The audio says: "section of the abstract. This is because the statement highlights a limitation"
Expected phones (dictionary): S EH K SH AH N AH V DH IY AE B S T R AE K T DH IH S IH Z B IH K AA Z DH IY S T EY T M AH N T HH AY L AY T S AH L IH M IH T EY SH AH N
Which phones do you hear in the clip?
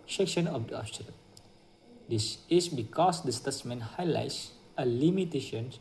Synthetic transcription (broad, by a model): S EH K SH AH N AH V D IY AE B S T L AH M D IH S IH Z B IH K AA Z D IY S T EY S M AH N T HH AY L AY T S AH L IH M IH T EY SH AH N